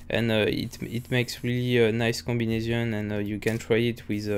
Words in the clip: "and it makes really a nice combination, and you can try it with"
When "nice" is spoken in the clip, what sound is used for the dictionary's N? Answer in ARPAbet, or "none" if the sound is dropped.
N